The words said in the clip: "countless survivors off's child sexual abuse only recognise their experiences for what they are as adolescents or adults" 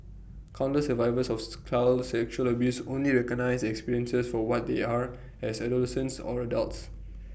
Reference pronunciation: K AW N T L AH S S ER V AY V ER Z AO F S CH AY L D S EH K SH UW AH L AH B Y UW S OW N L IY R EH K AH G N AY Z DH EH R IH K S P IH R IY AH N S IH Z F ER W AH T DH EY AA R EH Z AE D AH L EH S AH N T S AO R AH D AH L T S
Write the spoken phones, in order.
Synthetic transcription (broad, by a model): K AW N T AH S S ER V AY V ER S AO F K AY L S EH K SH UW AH L AH B Y UW S OW N L IY R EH K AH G N AY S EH K S P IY R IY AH N S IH S F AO W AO T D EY AA R EH S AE D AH L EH S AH N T S AO R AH D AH L T S